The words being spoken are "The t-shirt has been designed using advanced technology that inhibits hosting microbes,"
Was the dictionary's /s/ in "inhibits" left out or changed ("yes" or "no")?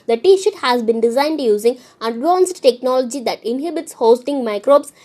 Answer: no